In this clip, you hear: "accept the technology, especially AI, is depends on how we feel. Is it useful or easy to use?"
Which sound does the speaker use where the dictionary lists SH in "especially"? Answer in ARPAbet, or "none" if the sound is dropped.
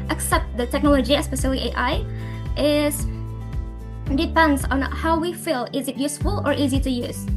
S